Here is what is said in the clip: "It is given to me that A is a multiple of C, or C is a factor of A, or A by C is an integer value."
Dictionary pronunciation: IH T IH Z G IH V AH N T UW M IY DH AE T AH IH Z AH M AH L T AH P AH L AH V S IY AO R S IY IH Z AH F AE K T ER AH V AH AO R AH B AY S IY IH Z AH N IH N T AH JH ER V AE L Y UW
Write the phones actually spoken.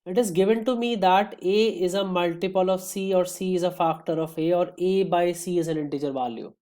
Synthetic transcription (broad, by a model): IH T IH Z G IH V AH N T UW M IY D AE T AH IH Z AH M AH L T AH P AH L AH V S IY AO R S IY IH Z AH F AE K T ER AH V AH AO R AH B AY S IY IH Z AH N IH N T AH JH ER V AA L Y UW